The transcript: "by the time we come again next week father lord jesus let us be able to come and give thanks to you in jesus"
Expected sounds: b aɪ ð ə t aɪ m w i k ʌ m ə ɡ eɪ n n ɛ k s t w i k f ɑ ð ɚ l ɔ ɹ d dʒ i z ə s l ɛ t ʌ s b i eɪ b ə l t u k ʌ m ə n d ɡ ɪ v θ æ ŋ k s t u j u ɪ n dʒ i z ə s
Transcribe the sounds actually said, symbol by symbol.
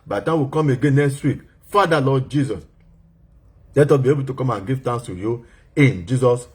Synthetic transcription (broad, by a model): b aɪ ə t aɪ w i k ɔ m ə ɡ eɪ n n ɛ k s t w i k f ɑ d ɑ l ɔ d dʒ i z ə s l ɛ t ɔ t b i eɪ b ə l t u k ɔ m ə n ɡ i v t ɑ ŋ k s t u j u ɪ n dʒ i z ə s